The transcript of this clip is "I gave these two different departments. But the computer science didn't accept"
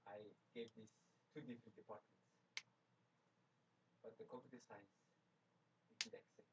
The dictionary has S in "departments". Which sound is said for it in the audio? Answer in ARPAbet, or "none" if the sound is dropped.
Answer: S